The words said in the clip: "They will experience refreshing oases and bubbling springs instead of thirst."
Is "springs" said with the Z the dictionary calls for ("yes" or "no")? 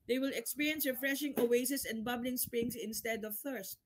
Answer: no